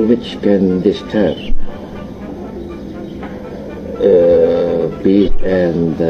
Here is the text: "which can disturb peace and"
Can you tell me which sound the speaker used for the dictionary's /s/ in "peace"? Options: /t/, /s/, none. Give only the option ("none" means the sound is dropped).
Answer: none